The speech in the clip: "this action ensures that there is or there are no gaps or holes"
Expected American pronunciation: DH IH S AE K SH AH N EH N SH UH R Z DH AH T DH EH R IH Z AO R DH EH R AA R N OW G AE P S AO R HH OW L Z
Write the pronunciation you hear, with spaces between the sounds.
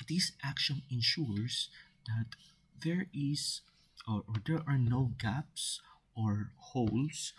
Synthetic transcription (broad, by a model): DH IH S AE K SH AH N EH N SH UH R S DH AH T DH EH R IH S AO R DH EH R AA R N OW G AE P S AO R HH OW L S